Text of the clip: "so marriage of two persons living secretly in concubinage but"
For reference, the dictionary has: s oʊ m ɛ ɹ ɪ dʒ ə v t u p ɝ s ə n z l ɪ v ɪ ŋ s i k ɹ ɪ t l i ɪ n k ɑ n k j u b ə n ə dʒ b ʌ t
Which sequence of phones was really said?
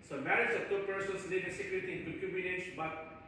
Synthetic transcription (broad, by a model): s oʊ m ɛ ɹ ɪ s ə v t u p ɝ s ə n s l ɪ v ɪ s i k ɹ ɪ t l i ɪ n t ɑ k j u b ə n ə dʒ b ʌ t